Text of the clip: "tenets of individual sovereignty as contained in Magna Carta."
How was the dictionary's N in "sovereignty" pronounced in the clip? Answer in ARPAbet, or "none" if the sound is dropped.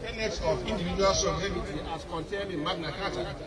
none